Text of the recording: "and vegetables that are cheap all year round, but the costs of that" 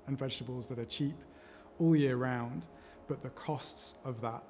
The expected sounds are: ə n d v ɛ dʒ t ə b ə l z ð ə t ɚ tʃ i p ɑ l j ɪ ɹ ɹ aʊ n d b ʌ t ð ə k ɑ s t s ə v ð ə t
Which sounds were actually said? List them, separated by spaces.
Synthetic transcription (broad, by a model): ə n v ɛ dʒ t ə b ə l z ð ə t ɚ tʃ i p ɑ l j ɪ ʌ ɹ aʊ n d b ʌ t ð ə k ɑ s t s ə v ð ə t